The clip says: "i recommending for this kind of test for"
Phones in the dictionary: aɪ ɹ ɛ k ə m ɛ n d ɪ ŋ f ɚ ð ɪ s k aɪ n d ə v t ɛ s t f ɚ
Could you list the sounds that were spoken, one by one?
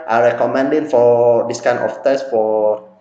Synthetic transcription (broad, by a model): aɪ ɹ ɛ k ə m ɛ n d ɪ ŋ f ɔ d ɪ s k aɪ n ə f t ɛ s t f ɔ